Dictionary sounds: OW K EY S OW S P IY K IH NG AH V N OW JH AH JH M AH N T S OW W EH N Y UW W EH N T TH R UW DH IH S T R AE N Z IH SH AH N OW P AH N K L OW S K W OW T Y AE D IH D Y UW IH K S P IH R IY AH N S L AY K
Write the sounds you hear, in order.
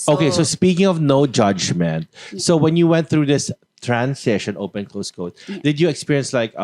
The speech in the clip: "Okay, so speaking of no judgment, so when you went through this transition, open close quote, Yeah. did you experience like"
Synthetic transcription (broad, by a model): OW K EY S OW S P IY K IH NG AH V N OW JH AH JH M AH N T S OW W EH N Y UW W EH N T TH R UW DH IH S T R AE N S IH SH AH N OW P AH N K L OW S K OW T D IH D Y UW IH K S P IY R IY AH N S L AY K